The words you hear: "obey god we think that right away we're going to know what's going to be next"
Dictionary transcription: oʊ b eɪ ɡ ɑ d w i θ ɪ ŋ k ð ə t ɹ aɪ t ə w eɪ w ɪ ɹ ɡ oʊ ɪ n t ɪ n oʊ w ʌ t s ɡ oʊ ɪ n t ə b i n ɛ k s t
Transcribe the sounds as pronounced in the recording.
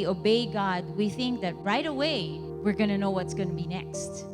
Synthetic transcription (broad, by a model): oʊ b eɪ ɡ ɑ d w i θ ɪ ŋ k ð ə t ɹ aɪ t ə w eɪ w ɪ ɹ ɡ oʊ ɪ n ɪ n oʊ w ʌ t s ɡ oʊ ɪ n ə b i n ɛ k s t